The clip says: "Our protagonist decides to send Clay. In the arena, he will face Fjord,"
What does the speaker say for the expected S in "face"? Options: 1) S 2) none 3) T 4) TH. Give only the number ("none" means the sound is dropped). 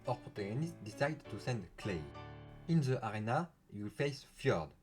1